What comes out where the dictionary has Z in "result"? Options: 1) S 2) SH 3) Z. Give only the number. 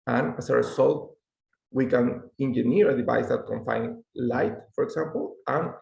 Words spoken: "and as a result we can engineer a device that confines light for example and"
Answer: 1